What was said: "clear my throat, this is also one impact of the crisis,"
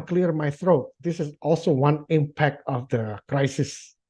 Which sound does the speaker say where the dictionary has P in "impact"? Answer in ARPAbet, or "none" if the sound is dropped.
P